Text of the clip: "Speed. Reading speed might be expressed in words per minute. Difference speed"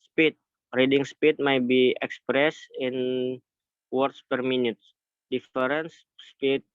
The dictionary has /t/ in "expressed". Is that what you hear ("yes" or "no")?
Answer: no